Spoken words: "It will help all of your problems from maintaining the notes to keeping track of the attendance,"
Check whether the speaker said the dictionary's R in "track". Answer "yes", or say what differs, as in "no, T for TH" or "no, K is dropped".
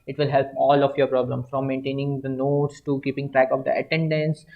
yes